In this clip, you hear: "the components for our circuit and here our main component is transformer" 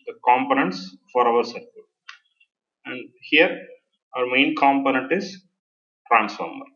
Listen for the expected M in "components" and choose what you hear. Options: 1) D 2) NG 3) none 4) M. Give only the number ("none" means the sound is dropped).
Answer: 4